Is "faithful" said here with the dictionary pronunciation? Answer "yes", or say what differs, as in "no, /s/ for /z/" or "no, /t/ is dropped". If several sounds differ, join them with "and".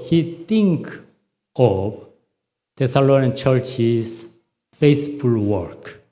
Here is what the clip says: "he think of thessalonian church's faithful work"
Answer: no, /s/ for /θ/